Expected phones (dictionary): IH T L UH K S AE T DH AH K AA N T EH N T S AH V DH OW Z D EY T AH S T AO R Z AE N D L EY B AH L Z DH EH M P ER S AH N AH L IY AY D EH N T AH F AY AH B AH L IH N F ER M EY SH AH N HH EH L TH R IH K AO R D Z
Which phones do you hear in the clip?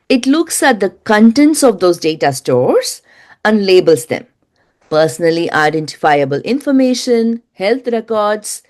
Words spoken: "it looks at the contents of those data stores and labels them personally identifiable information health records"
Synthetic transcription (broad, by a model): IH T L UH K S AE T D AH K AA N T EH N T S AH V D OW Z D EY T AH S T AO R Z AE N D L EY B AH L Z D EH M P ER S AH N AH L IY AY D EH N T AH F AY AH B AH L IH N F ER M EY SH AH N HH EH L T R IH K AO R D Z